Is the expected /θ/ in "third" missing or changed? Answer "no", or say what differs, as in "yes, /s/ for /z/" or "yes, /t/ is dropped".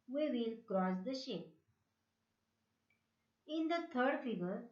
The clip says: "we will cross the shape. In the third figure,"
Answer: yes, /t/ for /θ/